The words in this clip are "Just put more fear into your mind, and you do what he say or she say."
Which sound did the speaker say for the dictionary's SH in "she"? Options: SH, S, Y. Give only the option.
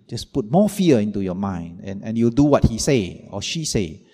SH